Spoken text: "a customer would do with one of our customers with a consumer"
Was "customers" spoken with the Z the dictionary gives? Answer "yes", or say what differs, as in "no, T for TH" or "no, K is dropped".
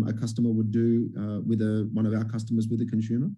yes